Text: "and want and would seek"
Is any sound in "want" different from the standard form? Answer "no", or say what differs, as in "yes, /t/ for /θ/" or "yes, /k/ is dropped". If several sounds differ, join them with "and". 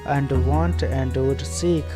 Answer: no